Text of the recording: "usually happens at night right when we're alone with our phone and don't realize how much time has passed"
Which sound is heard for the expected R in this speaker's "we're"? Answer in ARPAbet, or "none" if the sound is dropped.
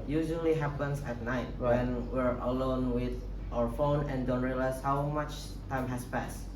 R